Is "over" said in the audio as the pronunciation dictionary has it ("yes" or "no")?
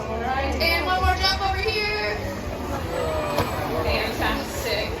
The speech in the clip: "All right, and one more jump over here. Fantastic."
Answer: yes